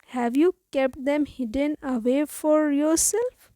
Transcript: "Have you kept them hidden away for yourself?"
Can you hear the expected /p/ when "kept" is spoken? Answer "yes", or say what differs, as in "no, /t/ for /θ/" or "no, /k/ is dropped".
yes